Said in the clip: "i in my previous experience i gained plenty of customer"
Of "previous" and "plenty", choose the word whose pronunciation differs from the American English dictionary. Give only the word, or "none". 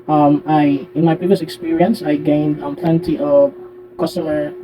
none